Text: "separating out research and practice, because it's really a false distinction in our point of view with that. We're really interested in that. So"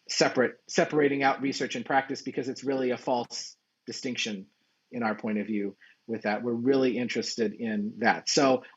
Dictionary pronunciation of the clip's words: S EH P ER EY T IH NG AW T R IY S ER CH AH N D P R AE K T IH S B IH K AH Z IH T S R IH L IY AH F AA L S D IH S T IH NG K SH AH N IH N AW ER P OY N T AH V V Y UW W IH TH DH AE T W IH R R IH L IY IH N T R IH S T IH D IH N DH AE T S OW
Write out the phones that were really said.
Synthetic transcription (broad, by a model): S EH P ER EY T IH NG AW T R IY S ER CH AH N P R AE K T IH S B IH K AH Z IH T S R IH L IY AH F AA L S D IH S T IH NG K SH AH N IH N AW ER P OY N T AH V V Y UW W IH DH AE T W IH R R IH L IY IH N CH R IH S T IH D IH N DH AE T S OW